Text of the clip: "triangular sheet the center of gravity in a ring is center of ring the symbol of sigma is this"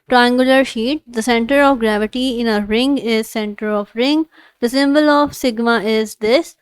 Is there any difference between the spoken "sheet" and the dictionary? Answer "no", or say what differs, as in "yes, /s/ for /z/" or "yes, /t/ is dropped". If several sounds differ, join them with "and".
no